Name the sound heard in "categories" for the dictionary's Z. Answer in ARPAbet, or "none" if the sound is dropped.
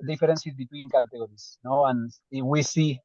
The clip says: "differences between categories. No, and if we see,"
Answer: S